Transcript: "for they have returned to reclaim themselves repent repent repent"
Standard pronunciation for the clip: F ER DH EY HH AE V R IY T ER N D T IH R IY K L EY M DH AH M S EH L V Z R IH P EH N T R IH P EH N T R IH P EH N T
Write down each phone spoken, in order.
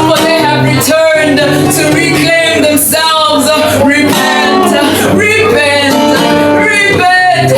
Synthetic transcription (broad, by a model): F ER DH EY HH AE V R IY T ER N D T IH R IY K L EY M DH AH M S EH L V Z R IH P EH N T R IH P EH N T R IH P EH N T